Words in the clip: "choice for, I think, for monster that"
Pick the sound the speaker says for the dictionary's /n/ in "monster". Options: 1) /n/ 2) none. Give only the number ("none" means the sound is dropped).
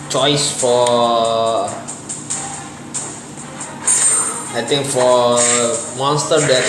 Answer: 1